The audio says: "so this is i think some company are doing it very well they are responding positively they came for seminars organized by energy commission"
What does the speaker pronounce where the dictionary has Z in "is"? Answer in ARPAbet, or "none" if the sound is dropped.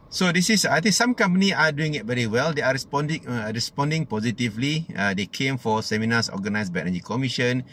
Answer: S